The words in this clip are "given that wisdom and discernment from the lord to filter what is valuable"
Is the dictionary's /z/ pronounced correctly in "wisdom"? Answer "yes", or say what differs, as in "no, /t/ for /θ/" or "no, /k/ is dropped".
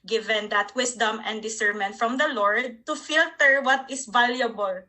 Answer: no, /s/ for /z/